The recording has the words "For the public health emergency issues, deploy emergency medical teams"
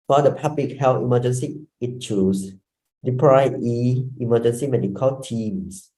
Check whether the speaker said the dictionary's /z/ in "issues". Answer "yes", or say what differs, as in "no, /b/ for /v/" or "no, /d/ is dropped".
no, /s/ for /z/